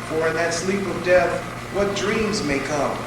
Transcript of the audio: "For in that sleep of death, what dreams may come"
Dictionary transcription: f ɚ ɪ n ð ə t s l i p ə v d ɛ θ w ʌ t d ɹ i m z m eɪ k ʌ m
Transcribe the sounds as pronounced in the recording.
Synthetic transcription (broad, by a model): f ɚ ɪ n ð ə t s l i p ə v d ɛ θ w ʌ t d ɹ i m z m eɪ k ʌ m